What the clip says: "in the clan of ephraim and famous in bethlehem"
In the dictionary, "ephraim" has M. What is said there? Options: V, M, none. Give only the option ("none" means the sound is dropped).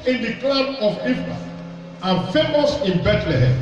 none